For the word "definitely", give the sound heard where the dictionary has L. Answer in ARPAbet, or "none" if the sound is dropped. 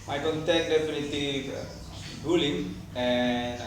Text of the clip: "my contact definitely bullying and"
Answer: none